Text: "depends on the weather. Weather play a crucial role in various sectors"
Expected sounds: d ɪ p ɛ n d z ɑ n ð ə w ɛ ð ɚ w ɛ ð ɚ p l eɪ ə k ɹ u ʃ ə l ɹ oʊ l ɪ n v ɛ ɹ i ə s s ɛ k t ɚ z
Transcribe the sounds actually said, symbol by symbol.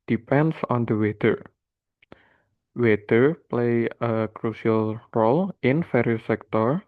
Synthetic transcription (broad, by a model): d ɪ p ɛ n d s ɑ n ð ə w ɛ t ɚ w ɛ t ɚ p l eɪ ə k ɹ u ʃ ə l ɹ oʊ l ɪ n f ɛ ɹ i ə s s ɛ k t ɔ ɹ